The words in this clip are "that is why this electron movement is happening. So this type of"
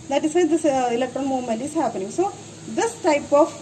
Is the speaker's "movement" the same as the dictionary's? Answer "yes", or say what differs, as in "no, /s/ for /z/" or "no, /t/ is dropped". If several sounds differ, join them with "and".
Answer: no, /v/ is dropped